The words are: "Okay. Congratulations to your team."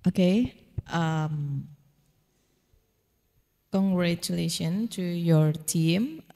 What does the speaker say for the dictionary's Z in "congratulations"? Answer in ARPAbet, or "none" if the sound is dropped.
none